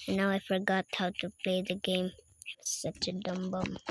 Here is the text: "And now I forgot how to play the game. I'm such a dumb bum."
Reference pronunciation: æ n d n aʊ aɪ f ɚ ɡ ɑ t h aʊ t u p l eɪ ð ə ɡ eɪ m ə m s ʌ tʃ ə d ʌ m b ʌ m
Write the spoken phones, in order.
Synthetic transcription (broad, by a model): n n aʊ aɪ f ɚ ɡ ɑ t h aʊ t u p l eɪ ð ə ɡ eɪ ə m s ʌ tʃ ə d ʌ m b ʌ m